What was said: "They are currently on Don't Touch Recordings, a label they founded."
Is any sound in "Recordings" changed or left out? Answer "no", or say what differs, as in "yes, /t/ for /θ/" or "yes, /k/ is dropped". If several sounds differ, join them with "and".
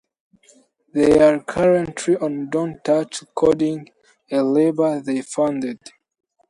yes, /z/ is dropped